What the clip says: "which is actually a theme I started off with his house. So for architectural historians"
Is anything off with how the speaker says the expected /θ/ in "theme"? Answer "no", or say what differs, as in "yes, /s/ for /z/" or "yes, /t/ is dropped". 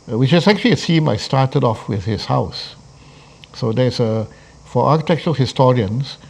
yes, /s/ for /θ/